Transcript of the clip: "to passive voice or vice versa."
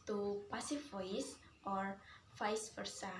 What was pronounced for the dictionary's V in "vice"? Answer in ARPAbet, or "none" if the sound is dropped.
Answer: F